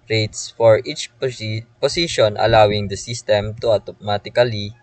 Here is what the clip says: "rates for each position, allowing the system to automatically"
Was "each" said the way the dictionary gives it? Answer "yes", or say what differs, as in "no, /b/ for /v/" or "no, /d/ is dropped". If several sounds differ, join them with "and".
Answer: yes